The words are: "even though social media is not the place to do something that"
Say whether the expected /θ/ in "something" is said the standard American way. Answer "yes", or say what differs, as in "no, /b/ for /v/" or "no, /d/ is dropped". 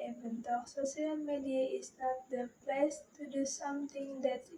no, /t/ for /θ/